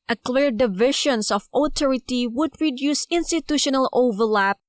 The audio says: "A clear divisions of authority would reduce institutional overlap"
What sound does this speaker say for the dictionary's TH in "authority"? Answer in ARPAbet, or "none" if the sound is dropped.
T